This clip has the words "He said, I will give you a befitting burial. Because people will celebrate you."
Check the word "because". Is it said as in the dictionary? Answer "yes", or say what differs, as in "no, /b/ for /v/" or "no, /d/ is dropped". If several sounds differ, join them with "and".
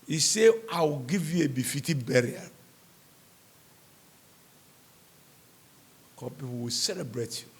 no, /z/ is dropped